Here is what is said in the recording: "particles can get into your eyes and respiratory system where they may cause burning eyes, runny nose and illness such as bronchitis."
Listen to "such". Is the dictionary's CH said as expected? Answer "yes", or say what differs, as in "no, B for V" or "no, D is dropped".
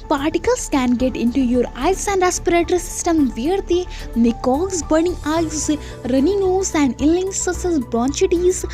no, S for CH